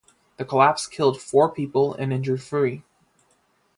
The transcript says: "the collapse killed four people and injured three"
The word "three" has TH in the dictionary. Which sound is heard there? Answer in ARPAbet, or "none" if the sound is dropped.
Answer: F